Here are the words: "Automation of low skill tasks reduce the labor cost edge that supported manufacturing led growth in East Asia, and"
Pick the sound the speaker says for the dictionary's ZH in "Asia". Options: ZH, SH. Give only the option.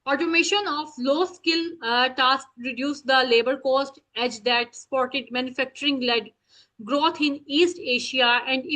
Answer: SH